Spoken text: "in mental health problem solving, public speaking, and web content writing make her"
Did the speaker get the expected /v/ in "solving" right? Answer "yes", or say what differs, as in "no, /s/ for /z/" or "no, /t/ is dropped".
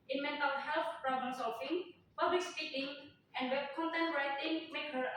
no, /f/ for /v/